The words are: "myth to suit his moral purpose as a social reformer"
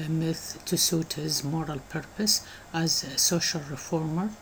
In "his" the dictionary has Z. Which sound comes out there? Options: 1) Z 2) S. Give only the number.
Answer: 1